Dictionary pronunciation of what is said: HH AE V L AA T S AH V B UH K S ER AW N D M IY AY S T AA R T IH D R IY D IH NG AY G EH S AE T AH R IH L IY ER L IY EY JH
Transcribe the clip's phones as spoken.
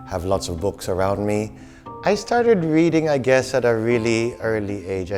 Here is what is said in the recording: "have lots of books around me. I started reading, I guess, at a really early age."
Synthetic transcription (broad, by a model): HH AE V L AA T S AH V B UH K S ER AW N D M IY AY S T AA R T IH D R IY D IH NG AY G EH S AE T AH R IH L IY ER L IY EY JH